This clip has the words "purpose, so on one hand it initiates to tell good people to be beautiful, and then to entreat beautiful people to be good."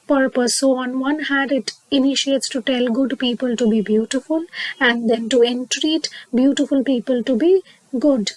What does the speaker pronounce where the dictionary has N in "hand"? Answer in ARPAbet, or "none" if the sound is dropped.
none